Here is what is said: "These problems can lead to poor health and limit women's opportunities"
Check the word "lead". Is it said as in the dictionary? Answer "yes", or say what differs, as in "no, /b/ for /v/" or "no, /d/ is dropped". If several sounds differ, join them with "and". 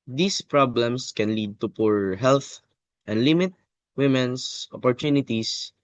yes